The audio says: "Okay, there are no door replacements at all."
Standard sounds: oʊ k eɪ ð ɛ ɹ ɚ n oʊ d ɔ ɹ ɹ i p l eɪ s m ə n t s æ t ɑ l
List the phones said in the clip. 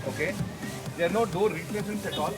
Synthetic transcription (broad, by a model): oʊ k eɪ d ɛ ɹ n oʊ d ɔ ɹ ɹ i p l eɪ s ə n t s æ t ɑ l